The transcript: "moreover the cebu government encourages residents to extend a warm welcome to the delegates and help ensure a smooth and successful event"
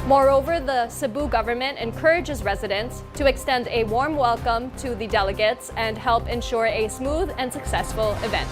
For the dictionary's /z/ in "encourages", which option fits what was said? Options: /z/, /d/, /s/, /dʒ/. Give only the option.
/z/